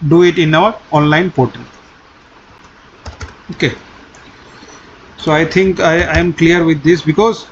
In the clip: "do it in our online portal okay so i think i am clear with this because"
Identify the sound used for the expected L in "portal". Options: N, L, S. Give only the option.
N